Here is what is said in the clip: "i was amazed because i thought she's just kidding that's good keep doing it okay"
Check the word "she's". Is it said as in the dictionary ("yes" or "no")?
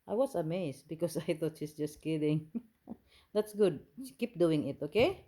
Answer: no